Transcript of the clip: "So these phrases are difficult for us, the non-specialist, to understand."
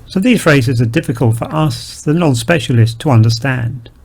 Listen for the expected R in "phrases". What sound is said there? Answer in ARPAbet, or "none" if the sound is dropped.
R